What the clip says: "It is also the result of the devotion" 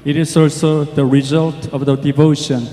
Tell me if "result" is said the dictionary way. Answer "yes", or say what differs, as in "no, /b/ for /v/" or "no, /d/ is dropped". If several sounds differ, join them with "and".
yes